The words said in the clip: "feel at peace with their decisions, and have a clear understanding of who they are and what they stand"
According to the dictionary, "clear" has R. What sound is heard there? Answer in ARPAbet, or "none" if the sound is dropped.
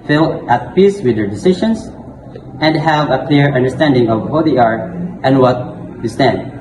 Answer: R